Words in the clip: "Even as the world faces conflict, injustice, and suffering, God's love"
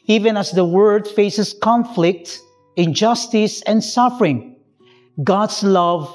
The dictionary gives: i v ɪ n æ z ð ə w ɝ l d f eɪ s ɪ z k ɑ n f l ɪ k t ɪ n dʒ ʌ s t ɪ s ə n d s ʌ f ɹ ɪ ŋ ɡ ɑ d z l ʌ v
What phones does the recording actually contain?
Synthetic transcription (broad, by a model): i v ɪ n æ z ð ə w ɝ d f eɪ s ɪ s k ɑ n f l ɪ k t ɪ n dʒ ʌ s t ɪ s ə n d s ʌ f ɹ ɪ ŋ ɡ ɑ d s l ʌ v